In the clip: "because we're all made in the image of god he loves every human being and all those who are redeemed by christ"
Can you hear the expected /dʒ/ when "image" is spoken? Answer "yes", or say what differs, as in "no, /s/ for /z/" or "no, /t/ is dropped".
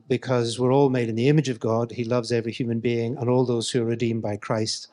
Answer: yes